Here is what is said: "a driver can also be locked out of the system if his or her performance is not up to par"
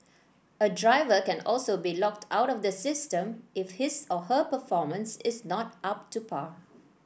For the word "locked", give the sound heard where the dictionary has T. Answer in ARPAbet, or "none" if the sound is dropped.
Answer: T